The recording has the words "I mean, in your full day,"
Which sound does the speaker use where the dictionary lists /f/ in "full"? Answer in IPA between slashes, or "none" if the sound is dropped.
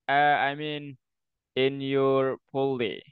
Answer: /p/